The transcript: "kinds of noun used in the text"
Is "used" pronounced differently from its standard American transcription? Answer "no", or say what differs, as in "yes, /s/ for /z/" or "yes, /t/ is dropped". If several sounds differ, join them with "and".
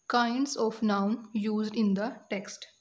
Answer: no